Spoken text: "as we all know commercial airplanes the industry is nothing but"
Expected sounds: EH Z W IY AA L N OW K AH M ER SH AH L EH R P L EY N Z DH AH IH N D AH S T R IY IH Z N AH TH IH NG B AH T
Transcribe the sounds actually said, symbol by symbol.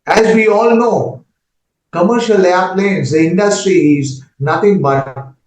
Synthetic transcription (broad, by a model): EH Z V IY AA L N OW K AH M ER SH AH L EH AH P L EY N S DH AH IH N D AH S T R IY IH Z N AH T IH NG B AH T